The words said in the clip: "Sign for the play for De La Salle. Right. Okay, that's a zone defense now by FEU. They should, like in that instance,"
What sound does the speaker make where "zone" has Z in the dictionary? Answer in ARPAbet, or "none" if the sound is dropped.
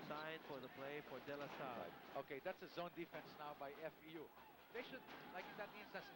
Z